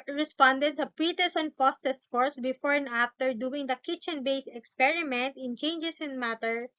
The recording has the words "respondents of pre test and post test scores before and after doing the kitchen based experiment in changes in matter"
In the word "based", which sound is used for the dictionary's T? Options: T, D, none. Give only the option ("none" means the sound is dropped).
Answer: none